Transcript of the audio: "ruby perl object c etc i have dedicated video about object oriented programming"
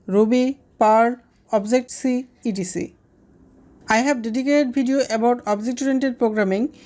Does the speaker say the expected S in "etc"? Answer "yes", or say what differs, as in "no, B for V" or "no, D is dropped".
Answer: no, S is dropped